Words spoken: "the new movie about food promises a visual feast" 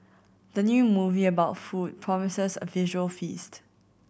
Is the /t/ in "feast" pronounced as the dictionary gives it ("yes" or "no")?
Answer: yes